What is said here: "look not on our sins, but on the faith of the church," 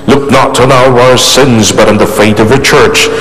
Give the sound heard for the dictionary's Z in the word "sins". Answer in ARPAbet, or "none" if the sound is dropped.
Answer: Z